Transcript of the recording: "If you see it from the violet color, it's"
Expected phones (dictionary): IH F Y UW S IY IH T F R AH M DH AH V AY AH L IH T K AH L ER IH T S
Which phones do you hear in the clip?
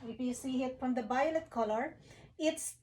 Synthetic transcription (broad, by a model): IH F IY S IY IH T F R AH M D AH B AY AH L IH T K AH L ER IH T S